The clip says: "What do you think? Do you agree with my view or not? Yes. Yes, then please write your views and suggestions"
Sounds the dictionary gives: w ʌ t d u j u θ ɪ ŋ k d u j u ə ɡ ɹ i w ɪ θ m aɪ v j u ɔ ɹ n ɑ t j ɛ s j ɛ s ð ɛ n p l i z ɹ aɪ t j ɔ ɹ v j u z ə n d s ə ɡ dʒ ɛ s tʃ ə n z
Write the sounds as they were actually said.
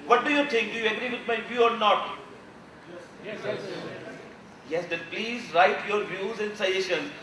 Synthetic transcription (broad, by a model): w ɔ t d u j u t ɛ k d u j u ə ɡ ɹ i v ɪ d m aɪ v j u ɔ ɹ n ɑ t j ɛ s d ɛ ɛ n p l i z ɹ aɪ t j ɔ ɹ v j u z ə n d s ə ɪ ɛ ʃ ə n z